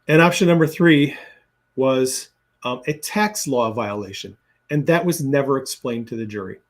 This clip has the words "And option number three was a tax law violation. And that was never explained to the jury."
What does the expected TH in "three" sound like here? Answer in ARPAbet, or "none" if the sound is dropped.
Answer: TH